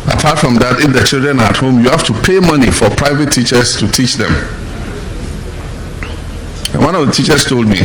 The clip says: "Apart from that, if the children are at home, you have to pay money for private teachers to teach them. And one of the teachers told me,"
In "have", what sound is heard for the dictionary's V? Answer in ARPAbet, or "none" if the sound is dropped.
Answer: F